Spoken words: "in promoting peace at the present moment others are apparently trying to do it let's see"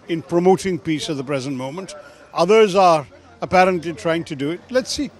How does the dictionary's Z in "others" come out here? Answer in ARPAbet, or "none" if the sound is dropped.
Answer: Z